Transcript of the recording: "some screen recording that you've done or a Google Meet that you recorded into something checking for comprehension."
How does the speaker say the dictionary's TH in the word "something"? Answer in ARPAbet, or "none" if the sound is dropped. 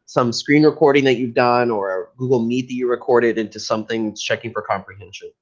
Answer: TH